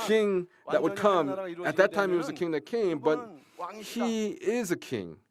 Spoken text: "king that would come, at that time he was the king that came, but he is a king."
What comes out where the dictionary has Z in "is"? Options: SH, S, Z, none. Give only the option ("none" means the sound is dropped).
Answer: Z